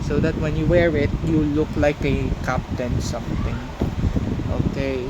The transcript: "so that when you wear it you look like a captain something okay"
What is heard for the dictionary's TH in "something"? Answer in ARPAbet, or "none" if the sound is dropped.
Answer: T